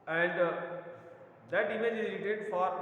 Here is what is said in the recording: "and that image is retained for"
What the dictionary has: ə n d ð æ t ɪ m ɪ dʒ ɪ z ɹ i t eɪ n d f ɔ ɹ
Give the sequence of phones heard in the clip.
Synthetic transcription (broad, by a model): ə n d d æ t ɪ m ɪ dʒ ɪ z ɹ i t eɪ d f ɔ ɹ